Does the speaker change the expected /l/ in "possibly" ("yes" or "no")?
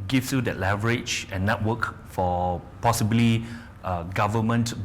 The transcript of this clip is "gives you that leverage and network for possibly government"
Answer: no